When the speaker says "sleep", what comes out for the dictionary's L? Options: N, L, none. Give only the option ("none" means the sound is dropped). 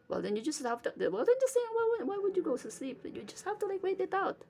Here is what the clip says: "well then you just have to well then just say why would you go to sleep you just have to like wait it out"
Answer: L